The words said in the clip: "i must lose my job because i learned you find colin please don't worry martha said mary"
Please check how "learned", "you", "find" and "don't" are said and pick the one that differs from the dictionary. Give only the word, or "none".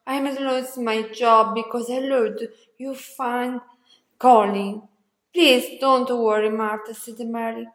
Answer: learned